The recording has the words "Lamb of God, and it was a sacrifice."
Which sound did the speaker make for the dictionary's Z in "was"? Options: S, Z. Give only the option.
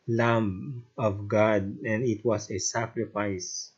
S